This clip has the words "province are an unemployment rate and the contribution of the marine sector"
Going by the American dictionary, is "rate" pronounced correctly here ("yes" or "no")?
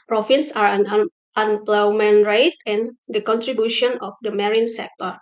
yes